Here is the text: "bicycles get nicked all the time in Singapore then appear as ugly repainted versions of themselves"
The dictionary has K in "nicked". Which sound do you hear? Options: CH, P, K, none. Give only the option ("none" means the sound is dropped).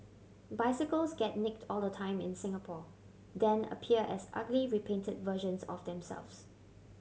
K